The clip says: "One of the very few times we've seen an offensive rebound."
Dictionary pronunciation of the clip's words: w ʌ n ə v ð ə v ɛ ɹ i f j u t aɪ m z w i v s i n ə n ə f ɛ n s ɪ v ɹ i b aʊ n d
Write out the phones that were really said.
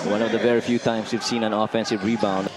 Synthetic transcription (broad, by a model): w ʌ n ə v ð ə v ɛ ɹ i f j u t aɪ m s w i v s i n ə n ə f ɛ n s ɪ v ɹ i b aʊ n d